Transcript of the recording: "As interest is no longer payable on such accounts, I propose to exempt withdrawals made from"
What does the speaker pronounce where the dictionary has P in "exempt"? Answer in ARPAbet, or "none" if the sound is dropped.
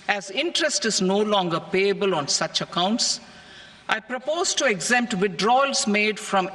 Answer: P